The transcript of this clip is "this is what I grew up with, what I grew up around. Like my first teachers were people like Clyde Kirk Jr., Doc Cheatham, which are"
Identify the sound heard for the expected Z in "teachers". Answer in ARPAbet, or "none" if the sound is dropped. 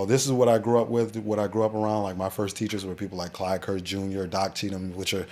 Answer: Z